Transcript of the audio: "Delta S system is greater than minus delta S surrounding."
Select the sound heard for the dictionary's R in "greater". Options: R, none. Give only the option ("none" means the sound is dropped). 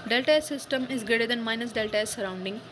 none